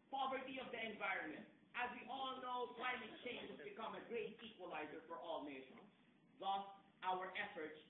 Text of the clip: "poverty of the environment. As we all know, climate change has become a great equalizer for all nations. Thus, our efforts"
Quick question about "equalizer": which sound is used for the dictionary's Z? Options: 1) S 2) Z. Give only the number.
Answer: 2